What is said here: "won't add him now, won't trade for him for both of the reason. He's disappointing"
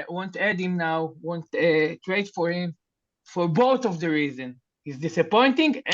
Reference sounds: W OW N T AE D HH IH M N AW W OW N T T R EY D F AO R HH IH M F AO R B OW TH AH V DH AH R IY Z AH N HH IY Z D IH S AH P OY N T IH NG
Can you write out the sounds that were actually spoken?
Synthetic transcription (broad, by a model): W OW N T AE D HH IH M N AW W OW N T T R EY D F AO R HH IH M F AO R B OW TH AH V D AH R IY Z AH N HH IY Z D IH S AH P OY N T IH NG